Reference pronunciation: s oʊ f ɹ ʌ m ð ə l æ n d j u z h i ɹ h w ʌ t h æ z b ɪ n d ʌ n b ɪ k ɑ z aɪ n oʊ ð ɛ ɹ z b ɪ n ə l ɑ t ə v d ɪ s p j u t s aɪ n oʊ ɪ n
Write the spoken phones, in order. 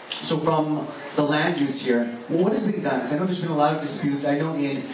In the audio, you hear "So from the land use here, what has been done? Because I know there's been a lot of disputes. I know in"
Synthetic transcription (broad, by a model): s oʊ f ɹ ʌ m ð ə l æ n d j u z h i ɹ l w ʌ t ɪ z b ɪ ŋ d ʌ n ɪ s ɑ aɪ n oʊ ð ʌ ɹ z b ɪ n ə l ɑ t ə v d ɪ s p j u t s aɪ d oʊ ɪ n